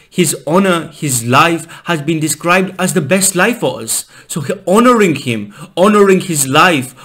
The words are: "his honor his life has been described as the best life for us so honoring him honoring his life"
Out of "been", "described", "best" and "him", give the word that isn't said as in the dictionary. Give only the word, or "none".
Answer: none